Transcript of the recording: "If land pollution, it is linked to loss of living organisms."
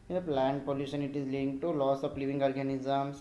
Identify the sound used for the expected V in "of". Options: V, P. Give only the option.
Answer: P